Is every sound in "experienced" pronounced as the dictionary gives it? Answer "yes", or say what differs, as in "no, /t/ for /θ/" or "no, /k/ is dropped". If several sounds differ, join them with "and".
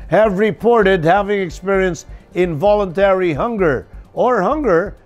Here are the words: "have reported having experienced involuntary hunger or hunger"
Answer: yes